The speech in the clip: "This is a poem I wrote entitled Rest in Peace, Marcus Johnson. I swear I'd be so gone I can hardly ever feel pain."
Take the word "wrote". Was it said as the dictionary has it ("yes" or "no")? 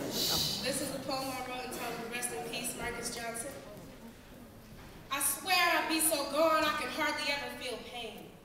no